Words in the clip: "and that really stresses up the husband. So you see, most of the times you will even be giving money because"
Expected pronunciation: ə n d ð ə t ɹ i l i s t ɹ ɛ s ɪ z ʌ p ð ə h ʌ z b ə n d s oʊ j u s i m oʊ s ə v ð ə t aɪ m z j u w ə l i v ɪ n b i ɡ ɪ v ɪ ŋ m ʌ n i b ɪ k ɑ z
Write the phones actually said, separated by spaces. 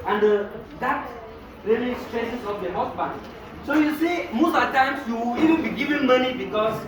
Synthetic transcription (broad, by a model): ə n d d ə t ɹ i l i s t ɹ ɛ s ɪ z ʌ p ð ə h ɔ s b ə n s oʊ j u s i m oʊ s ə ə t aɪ m s j u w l i v ɪ n b i ɡ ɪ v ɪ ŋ m ʌ n i b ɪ k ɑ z